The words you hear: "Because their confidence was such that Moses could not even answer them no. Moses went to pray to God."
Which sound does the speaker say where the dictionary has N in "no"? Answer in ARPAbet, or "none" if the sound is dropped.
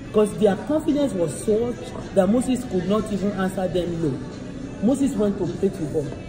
L